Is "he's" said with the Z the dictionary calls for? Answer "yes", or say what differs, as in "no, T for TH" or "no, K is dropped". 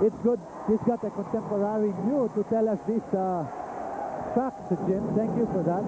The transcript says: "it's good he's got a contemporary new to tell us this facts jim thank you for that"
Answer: no, S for Z